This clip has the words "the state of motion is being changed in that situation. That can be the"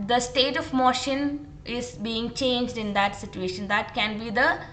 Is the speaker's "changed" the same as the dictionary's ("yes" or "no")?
yes